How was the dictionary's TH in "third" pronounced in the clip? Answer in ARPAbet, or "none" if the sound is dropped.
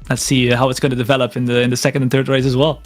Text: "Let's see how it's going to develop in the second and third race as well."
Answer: TH